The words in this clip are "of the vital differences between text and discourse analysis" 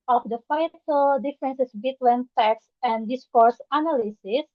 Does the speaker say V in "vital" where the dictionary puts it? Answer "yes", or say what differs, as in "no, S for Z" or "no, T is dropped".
no, F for V